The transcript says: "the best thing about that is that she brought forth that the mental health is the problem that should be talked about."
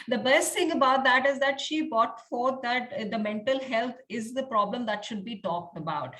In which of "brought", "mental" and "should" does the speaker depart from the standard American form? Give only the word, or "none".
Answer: brought